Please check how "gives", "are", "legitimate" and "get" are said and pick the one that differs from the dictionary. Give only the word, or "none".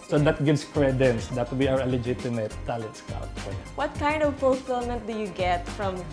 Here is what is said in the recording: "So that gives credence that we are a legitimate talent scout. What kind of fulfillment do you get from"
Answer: gives